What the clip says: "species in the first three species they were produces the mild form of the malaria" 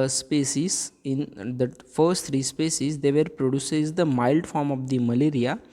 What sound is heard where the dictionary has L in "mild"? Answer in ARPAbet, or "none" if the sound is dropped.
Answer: L